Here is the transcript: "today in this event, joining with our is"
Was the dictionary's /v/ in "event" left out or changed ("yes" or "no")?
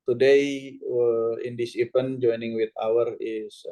yes